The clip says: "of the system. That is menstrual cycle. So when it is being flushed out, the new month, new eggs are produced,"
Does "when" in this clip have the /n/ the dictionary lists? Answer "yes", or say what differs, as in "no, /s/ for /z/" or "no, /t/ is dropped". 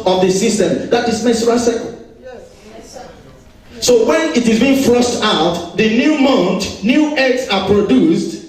yes